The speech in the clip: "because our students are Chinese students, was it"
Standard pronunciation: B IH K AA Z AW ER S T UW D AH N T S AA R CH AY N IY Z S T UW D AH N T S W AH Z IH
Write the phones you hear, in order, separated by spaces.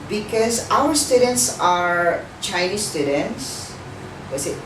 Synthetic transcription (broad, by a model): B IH K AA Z AW ER S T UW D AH N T S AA R CH AY N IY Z S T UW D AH N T S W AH S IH